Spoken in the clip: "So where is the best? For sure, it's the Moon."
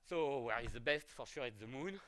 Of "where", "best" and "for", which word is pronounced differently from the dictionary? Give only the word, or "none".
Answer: none